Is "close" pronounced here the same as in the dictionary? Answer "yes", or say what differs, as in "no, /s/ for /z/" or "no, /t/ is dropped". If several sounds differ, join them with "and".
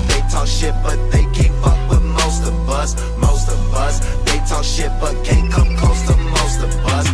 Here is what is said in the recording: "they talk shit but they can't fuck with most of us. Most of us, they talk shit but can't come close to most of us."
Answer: no, /l/ is dropped